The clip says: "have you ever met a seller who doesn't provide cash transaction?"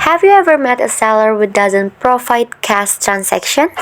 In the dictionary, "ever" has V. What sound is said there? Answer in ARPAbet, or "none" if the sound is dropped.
V